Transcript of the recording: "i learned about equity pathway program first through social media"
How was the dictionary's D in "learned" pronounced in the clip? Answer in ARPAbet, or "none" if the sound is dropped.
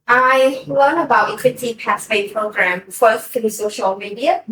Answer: none